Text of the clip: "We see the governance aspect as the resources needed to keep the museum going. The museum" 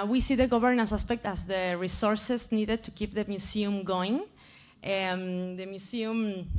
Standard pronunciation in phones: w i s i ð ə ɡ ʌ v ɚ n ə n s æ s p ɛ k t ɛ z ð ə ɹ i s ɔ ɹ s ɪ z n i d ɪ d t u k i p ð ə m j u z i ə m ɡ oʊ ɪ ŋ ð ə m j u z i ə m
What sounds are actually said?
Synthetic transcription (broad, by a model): w i s i ð ə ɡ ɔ b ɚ n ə n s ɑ s p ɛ k t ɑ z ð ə ɹ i s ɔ ɹ s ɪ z n i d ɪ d t u k i p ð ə m j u s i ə m ɡ oʊ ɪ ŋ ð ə m j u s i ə m